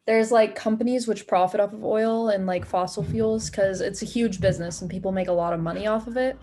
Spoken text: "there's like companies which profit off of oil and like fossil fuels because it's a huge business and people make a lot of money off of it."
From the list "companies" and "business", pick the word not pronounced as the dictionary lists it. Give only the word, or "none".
none